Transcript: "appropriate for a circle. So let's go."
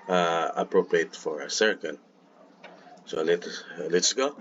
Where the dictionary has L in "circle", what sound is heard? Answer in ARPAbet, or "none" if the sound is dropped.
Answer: N